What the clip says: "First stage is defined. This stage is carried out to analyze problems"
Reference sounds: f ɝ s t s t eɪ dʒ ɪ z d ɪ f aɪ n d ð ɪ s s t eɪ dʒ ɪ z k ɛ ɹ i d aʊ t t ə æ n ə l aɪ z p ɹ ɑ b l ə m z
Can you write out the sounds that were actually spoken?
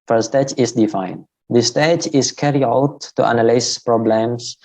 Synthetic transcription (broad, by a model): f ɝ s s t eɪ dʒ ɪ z d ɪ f aɪ n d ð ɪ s s t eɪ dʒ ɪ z k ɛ ɹ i aʊ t t ə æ n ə l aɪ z p ɹ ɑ b l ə m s